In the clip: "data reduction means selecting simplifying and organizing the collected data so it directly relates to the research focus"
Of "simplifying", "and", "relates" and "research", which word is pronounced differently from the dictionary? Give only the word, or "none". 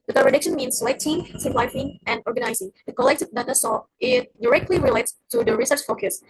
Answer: simplifying